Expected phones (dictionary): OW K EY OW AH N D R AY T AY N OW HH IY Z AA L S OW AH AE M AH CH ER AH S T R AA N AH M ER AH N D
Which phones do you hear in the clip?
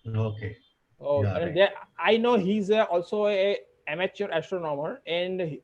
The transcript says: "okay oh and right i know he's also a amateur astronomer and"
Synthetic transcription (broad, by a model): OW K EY OW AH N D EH AY N OW HH IY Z AA L S OW AH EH M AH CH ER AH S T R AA N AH M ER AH N D